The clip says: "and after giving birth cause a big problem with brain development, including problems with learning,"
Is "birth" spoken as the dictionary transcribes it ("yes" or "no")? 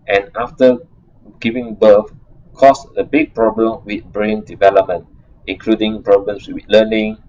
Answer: no